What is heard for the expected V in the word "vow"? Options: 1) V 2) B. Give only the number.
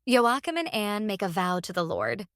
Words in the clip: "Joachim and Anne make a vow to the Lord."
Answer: 1